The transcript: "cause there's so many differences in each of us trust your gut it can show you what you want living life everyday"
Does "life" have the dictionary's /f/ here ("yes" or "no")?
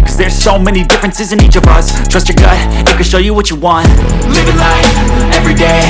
no